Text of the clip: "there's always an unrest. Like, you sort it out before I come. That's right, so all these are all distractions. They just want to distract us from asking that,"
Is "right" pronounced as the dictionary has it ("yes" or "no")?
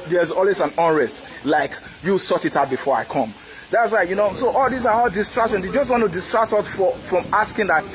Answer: no